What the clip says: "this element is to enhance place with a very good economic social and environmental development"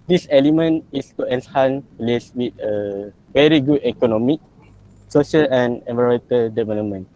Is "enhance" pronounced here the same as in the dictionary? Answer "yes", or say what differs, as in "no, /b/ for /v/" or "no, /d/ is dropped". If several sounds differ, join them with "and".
no, /s/ is dropped